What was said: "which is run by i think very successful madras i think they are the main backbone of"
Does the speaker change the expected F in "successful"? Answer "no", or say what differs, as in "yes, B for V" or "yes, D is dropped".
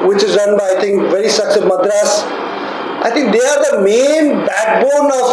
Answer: yes, F is dropped